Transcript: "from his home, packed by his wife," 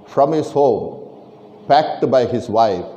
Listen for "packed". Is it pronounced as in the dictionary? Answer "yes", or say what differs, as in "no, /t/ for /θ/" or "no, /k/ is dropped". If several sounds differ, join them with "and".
yes